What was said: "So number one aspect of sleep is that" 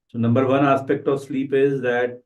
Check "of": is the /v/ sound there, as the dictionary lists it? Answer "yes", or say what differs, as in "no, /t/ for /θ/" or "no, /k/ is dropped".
yes